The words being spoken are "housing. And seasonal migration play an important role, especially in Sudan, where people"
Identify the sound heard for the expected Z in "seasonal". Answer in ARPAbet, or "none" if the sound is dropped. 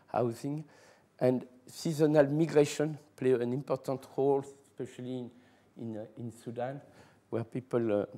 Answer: Z